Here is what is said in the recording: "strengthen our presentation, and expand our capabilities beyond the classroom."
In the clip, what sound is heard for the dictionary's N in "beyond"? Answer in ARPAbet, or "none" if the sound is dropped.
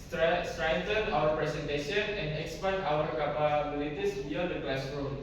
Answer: none